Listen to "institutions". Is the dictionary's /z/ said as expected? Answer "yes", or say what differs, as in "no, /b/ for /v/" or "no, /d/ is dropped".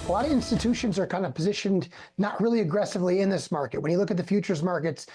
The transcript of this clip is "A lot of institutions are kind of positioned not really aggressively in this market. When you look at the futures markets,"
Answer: yes